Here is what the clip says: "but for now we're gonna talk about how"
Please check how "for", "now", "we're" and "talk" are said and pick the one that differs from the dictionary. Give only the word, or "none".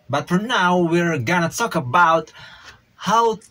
none